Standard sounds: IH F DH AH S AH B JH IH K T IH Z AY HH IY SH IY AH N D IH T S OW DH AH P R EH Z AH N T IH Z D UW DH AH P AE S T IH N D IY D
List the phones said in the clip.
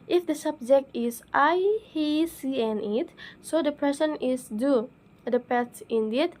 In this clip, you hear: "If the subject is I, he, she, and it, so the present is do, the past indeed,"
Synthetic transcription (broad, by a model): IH F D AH S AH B JH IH K T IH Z AY HH IY S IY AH N IH T S OW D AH P R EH S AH N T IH S D UW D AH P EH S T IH N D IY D